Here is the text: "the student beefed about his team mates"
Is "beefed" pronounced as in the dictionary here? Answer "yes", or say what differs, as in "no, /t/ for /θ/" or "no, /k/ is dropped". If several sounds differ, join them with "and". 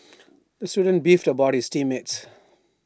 yes